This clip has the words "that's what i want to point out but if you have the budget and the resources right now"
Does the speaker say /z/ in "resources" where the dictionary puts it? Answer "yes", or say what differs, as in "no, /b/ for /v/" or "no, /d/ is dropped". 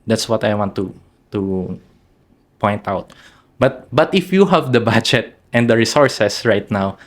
no, /s/ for /z/